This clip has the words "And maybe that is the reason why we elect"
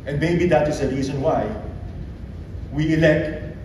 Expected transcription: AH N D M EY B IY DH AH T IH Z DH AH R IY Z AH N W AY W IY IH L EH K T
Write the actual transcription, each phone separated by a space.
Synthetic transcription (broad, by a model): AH N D M EY B IY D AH T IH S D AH R IY S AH N W AY W IY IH L EH K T